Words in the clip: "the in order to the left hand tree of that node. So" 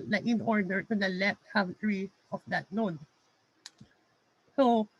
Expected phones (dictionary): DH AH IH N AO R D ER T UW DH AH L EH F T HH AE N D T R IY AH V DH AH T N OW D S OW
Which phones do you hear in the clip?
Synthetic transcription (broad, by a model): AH IH N AO R D ER T UW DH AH L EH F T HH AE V T R IY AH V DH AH T L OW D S OW